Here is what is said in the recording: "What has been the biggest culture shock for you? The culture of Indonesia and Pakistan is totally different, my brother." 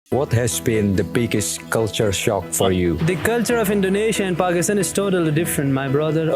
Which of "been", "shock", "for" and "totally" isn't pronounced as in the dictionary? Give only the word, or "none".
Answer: none